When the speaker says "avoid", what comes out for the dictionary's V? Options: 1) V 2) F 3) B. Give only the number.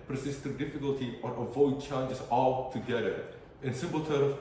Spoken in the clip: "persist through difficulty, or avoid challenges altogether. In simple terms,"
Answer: 1